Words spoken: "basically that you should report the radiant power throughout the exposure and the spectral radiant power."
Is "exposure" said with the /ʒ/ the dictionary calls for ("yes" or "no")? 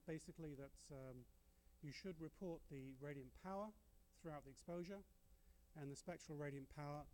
yes